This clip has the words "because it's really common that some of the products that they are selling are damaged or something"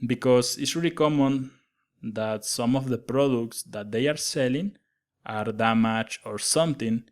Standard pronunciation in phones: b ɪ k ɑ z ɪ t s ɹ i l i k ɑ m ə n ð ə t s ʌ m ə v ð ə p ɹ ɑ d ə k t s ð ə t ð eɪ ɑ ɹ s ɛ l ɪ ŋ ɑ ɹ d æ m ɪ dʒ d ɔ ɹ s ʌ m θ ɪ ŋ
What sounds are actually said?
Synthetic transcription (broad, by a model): b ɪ k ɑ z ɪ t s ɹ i i k ɑ m ə n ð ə t s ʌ m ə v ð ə p ɹ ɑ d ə k t s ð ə t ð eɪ ɑ ɹ s ɛ l ɪ ŋ ɑ ɹ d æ m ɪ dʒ ɔ ɹ s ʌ m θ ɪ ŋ